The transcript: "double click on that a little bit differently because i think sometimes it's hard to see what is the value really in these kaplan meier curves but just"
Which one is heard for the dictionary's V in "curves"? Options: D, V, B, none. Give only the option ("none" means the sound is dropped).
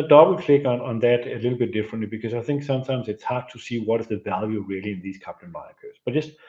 none